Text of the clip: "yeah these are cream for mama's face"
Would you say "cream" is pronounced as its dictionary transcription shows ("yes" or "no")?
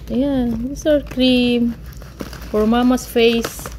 yes